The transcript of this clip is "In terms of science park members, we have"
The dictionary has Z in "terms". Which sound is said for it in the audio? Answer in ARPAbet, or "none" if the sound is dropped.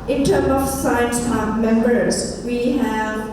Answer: none